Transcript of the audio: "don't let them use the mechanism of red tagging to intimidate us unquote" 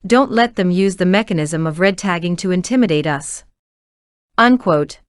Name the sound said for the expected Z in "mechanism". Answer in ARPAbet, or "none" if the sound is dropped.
Z